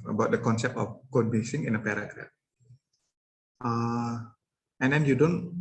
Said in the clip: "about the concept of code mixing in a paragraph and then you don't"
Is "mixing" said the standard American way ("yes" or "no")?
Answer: no